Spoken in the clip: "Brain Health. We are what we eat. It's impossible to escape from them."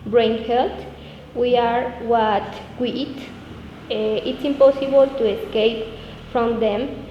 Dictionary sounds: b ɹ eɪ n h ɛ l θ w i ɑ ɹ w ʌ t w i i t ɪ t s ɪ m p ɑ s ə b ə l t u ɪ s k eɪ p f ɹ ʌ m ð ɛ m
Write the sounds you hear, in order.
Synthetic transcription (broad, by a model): b ɹ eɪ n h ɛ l t w i ɑ ɹ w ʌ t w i i t ɪ t s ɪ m p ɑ s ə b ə l t u ɪ s k eɪ p f ɹ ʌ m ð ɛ m